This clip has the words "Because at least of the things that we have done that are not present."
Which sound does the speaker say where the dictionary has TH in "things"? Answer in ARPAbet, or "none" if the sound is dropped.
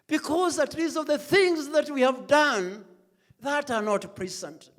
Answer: TH